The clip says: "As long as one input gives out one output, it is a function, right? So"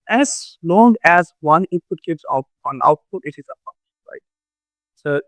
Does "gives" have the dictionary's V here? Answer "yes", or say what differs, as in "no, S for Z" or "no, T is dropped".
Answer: no, B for V